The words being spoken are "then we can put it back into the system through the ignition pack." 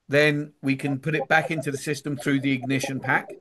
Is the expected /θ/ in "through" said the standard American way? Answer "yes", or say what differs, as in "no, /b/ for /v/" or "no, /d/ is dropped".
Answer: yes